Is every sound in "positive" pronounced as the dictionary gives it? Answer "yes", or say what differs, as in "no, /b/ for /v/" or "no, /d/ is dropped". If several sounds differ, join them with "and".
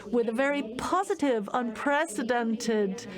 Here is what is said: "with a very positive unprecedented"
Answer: yes